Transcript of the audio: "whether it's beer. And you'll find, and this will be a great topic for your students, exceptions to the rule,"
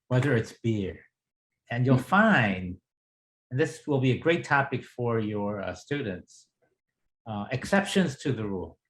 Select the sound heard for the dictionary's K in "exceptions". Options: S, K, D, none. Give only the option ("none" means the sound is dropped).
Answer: K